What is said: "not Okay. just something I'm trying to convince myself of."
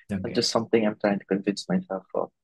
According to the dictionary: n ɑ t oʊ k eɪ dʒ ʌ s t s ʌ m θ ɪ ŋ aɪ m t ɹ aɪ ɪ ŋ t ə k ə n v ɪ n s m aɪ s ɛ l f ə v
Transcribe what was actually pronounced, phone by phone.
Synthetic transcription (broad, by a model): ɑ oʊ dʒ ʌ s t s ʌ m θ ɪ ŋ aɪ m t ɹ aɪ ɪ ŋ t ə k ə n v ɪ n s m aɪ s ɛ l f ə